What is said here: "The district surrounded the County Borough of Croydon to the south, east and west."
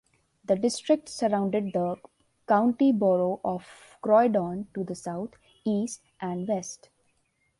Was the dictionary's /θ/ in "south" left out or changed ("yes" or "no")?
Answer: yes